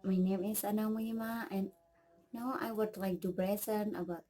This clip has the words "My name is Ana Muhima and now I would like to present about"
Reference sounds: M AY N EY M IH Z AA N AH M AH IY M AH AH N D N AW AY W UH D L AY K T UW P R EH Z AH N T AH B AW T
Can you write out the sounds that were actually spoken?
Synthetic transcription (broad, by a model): M AY N EY M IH S AA N AH M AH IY M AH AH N N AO AY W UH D L AY K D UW B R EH S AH N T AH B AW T